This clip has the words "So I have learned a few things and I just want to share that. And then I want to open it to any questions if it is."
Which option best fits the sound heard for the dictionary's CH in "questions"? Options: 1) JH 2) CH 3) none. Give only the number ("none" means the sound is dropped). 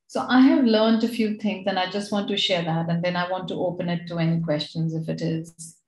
2